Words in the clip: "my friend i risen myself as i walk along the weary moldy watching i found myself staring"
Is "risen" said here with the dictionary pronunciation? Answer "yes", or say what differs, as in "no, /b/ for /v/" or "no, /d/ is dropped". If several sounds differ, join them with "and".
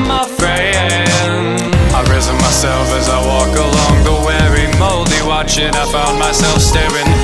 yes